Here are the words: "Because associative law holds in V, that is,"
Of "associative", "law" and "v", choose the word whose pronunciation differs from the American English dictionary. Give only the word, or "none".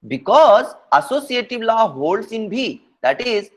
v